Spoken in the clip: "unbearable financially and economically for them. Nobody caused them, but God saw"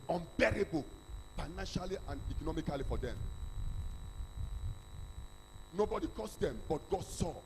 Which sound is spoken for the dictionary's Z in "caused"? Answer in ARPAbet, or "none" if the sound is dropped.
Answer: S